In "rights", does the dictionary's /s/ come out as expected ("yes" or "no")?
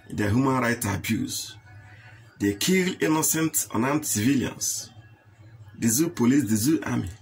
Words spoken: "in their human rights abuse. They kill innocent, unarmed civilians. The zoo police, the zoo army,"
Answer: no